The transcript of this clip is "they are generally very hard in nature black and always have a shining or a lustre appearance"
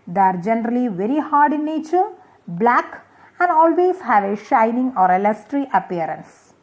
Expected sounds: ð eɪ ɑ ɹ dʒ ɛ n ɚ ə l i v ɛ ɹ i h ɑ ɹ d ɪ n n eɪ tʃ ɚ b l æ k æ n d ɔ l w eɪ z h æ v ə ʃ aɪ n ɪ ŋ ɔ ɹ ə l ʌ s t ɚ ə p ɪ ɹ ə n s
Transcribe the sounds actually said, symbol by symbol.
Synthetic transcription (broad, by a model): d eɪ ɑ ɹ dʒ ɛ n ɚ ə l i v ɛ ɹ i h ɑ ɹ d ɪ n n eɪ tʃ ɚ b l æ k æ n d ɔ l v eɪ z h æ v ə ʃ aɪ n ɪ ŋ ɔ ɹ ə l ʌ s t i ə p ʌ ɹ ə n s